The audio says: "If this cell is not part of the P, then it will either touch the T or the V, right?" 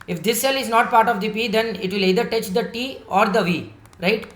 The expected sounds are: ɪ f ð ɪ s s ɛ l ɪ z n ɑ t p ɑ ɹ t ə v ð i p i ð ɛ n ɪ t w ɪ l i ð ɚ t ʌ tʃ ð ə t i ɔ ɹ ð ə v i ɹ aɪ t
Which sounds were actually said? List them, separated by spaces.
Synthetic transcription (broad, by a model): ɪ f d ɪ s s ɛ l ɪ z n ɑ t p ɑ ɹ t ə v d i p i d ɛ n ɪ t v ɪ l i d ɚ t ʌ tʃ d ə t i ɔ ɹ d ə v i ɹ aɪ t